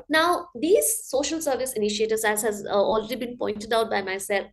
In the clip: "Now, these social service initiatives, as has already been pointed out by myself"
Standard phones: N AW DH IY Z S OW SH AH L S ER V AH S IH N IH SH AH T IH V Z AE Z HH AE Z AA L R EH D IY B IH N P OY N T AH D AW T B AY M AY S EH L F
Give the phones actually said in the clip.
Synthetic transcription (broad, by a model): N AW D IY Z S OW SH AH L S ER V AH S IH N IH SH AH T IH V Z AE Z HH AE Z AA L R EH D IY B IH N P OY N T AH D AW T B AY M AY S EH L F